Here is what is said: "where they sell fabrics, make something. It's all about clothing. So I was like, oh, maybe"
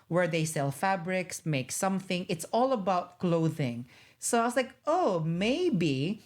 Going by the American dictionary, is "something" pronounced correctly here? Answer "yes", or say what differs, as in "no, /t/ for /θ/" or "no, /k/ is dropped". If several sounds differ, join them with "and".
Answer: yes